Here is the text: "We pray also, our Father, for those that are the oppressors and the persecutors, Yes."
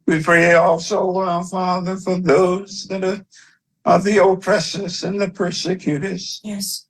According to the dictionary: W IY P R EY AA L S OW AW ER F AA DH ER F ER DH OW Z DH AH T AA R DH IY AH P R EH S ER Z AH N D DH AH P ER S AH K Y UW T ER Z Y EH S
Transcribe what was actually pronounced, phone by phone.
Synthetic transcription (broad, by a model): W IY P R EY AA L S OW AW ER F AA DH ER F ER DH OW Z DH AH T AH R DH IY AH P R EH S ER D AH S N DH AH P ER S AH K Y UW T ER Z Y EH S